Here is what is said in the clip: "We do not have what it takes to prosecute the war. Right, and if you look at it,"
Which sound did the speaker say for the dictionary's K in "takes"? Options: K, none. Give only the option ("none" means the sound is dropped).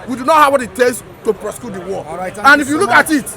none